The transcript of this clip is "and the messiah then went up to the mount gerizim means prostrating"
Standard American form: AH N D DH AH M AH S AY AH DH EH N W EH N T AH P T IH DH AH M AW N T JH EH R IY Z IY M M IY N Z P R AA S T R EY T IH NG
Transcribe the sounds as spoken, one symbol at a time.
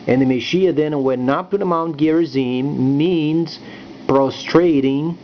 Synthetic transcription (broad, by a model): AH N DH AH M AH SH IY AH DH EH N W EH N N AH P T IH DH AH M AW N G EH R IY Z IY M M IY N Z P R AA S T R EY T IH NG